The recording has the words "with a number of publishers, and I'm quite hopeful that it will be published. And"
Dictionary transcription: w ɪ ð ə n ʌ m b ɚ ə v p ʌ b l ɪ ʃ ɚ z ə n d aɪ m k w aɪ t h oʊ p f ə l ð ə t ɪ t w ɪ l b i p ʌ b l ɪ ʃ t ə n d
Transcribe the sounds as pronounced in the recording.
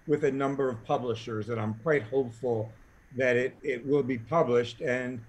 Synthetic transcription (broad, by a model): w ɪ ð ə n ʌ m b ɚ ə v p ʌ b l ɪ ʃ ɚ z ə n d aɪ m k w aɪ t h oʊ p f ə l ð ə t ɪ t w ɪ l b i p ʌ b l ɪ ʃ t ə n